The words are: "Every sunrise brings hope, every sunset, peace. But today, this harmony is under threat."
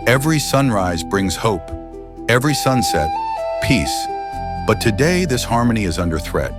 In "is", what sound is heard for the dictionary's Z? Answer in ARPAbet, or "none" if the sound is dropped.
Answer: Z